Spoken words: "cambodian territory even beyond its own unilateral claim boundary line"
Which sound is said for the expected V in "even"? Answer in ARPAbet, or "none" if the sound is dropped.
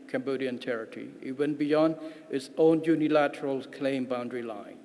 W